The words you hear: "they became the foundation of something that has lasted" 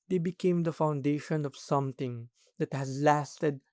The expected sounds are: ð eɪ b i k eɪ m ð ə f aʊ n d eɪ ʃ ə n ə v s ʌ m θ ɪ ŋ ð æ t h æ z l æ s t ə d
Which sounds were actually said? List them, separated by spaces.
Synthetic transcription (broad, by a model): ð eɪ b i k eɪ m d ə f aʊ n d eɪ ʃ ə n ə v s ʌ m t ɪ ŋ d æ t h æ z l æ s t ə d